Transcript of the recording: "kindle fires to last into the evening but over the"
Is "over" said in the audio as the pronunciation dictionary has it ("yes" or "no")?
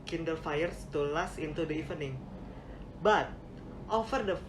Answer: no